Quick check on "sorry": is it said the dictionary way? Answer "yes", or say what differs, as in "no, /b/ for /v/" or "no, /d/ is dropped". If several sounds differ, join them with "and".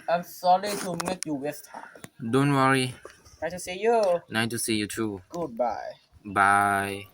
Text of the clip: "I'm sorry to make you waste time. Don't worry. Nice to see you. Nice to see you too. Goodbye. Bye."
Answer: no, /l/ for /ɹ/